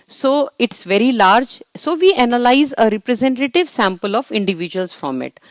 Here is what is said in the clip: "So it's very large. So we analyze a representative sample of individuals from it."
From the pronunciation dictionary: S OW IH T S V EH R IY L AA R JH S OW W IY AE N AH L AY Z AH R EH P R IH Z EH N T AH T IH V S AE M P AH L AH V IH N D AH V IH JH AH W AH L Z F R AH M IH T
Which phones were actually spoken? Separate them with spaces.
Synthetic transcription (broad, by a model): S OW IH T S V EH R IY L AA R JH S OW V IY AE N AH L AY Z AH R EH P R IH Z EH N T AH T IH V S AE M P AH L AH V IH N D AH V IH JH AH AH L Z F R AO M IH T